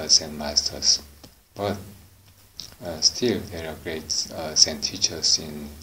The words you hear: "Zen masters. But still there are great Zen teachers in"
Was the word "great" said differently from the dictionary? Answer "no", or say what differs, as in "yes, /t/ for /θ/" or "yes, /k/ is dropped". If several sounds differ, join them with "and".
no